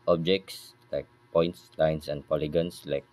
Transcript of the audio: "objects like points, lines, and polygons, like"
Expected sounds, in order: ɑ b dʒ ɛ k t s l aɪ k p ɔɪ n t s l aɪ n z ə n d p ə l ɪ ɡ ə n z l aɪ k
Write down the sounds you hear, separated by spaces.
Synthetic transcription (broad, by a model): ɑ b dʒ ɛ k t s l aɪ k p ɔɪ n t s l aɪ n s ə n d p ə l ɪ ɡ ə n s l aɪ k